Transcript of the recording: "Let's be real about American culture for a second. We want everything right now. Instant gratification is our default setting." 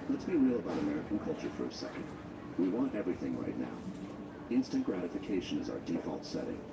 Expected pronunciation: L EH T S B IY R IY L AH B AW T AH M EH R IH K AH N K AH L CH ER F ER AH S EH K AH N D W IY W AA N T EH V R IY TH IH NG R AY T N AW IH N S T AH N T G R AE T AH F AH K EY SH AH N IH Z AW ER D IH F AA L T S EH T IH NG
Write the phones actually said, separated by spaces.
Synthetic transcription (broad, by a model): L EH T S B IY R IY L AH B AW T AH M EH R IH K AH N K AH L CH ER F ER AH S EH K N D W IY W AA N T EH V R IY TH IH NG R AY T N AW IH N S T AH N G R AE T AH F AH K EY SH AH N IH Z AW ER D IH F AA L T S EH T IH NG